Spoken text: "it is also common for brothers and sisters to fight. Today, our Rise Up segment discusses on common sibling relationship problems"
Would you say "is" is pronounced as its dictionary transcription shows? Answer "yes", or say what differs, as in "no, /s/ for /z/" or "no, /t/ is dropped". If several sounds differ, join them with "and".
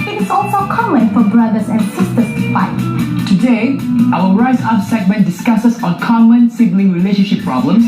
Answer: no, /s/ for /z/